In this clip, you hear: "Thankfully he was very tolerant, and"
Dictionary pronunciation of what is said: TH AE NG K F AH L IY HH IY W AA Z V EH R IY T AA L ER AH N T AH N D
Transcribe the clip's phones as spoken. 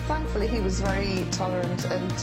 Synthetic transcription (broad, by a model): TH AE NG K F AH L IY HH IY W AA Z V EH R IY T AA L ER AH N T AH N